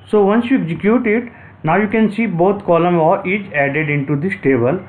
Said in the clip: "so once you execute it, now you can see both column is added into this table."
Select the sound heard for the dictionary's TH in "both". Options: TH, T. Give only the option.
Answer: T